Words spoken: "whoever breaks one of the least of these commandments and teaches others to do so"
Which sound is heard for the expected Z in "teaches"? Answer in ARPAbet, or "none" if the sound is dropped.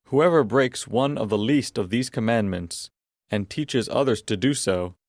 Z